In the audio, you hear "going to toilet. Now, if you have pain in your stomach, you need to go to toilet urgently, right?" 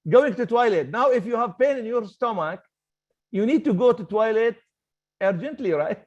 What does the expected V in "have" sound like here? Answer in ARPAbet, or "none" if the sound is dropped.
V